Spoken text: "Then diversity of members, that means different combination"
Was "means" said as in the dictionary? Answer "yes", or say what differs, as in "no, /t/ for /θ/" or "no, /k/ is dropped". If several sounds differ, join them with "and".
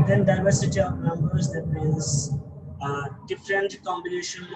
no, /n/ is dropped